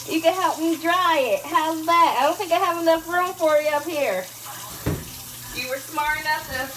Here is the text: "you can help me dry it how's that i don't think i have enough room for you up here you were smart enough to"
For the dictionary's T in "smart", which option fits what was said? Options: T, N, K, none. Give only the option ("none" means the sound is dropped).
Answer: none